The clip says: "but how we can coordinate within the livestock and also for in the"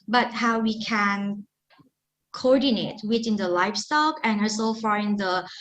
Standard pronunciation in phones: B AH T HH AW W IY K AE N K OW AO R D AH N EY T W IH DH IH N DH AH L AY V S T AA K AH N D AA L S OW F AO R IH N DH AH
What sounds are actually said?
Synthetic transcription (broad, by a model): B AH T HH AW W IY K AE N K OW AO R D AH N EY T W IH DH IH N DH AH L AY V S T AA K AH N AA S OW F AO R IH N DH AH